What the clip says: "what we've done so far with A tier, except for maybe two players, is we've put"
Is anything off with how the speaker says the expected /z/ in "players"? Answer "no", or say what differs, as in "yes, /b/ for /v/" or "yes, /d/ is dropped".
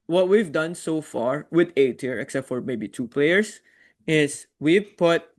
yes, /s/ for /z/